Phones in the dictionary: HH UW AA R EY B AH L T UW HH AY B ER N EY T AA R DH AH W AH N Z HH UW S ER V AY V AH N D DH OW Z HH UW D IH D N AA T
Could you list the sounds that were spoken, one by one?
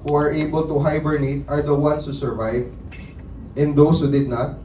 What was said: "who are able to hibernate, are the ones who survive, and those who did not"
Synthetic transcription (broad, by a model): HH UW AA R EY B AH L T UW HH AY B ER N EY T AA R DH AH W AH N S HH UW S ER V AY V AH N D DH OW S HH UW D IH D N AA T